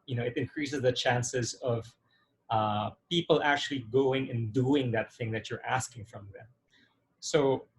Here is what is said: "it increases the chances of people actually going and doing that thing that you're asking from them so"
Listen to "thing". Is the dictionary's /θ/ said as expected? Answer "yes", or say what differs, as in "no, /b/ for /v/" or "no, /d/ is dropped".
yes